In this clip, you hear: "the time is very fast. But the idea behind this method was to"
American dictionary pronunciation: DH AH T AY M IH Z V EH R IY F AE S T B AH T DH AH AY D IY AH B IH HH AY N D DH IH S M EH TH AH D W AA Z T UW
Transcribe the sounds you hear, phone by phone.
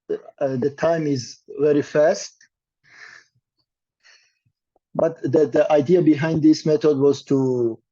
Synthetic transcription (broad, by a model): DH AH T AY M IH Z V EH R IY F AE S T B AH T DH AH AY D IY AH B IH HH AY N D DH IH S M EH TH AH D W AA Z T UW